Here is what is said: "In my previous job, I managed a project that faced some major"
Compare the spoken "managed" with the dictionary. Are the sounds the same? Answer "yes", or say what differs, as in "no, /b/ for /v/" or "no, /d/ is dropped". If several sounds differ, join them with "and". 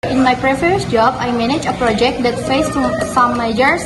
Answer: no, /d/ is dropped